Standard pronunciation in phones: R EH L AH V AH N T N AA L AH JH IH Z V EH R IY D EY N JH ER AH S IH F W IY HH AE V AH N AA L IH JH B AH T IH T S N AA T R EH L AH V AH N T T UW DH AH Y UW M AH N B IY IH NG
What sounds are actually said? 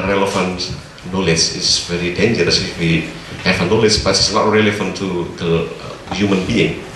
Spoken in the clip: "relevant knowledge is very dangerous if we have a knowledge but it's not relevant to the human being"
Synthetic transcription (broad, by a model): R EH L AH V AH N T N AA L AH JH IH S V EH R IY D EY N JH ER AH S IH F W IY HH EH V AH N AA L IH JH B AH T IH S L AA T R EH L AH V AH N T T UW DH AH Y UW M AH N B IY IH NG